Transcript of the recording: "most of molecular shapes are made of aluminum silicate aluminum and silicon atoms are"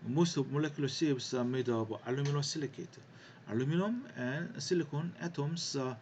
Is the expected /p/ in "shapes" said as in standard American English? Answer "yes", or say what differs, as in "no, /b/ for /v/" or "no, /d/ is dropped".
no, /b/ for /p/